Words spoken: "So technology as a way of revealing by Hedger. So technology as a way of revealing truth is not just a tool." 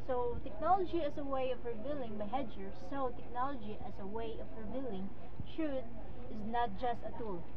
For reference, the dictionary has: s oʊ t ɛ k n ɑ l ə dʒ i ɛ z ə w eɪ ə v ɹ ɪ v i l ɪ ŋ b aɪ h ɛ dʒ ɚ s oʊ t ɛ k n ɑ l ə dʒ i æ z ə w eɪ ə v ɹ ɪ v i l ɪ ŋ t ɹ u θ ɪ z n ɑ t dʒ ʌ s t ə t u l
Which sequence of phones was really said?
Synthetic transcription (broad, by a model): s oʊ t ɛ k n ɑ l ə dʒ i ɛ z ə w eɪ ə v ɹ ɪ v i l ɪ ŋ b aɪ h ɛ dʒ ɚ s oʊ t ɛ k n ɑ l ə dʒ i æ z ə w eɪ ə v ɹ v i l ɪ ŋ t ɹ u t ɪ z n ɑ t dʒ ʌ s t ə t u l